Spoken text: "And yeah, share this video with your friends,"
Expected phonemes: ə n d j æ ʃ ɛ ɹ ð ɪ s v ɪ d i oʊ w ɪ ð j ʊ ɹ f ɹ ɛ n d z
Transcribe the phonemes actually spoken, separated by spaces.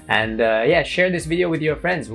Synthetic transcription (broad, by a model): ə n d j æ ʃ ɛ ɹ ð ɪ s v ɪ d i oʊ w ɪ ð j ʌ ɹ f ɹ ɛ n d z